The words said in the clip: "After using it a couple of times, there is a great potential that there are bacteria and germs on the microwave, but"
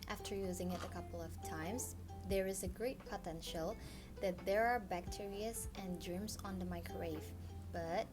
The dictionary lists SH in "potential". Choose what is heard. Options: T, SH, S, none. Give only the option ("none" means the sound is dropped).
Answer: SH